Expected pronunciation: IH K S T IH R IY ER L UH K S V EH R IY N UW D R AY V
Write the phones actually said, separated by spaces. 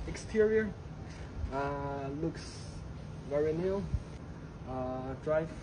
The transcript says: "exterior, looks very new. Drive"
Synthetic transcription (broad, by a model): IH K S T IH R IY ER L UH K S V EH R IY N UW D R AY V